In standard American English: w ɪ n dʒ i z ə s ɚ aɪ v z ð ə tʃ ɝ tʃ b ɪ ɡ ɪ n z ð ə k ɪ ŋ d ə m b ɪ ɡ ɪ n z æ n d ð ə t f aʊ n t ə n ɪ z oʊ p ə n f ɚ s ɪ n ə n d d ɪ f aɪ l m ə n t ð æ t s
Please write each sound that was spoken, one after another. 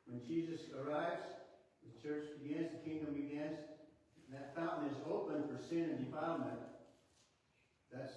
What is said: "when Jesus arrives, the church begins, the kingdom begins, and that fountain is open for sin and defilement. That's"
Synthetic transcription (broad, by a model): w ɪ n dʒ i z ə s ɚ aɪ v z ð ə tʃ ɝ tʃ b ɪ ɡ ɪ n z ð ə k ɪ ŋ d ə m b ɪ ɡ ɪ n z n ð ə t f aʊ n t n ɪ z oʊ p ə n f ɚ s ɪ n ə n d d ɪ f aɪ m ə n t ð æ t s